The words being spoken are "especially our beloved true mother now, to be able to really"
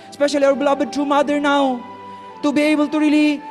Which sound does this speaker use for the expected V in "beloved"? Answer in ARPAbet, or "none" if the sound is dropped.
B